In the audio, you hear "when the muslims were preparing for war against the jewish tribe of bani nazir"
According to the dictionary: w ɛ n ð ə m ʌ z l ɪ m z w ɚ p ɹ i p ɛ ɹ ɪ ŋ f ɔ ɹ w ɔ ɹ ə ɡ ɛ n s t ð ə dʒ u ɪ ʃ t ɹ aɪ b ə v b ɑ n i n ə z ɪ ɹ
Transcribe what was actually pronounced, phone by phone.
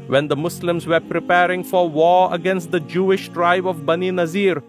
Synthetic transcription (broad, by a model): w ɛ n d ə m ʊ s l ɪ m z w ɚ p ɹ i p ɛ ɹ ɪ ŋ f ɔ ɹ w ɔ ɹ ə ɡ ɛ n s t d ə dʒ u ɪ ʃ t ɹ aɪ b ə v b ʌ n i n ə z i ɹ